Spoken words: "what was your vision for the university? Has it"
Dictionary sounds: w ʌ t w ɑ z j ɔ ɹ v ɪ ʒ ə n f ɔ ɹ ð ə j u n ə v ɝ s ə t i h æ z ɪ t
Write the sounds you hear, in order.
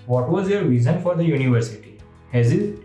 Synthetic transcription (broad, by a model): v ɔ t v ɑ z j ɔ ɹ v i z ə n f ɔ ɹ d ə j u n ə v ɝ s ə t i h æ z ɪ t